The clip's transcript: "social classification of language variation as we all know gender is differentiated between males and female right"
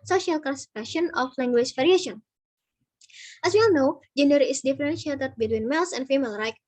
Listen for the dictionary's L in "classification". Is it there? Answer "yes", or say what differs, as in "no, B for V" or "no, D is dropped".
no, L is dropped